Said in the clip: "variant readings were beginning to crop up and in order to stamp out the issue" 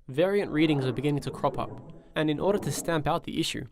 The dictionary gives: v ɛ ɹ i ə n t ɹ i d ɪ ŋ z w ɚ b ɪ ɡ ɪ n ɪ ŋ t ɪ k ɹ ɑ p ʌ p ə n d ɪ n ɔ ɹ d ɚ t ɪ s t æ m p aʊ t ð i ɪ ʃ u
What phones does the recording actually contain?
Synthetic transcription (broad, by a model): v ɛ ɹ i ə n t ɹ i d ɪ ŋ z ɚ b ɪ ɡ ɪ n ɪ ŋ t ɪ k ɹ ɑ p ʌ p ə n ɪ n ɔ ɹ d ɚ t ɪ s t æ m p aʊ t ð i ɪ ʃ u